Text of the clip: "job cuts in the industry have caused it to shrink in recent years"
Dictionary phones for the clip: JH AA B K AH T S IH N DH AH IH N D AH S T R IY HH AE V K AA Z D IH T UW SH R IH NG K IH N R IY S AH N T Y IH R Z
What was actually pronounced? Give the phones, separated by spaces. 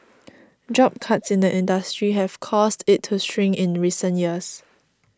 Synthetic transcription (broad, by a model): JH AA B K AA T S IH N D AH IH N D AH S T R IY HH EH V K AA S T IH T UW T R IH NG IH N R IY S AH N T Y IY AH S